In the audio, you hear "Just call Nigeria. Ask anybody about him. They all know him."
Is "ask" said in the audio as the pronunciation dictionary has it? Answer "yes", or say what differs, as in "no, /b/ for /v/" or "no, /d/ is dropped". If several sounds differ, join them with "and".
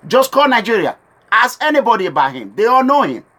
no, /k/ is dropped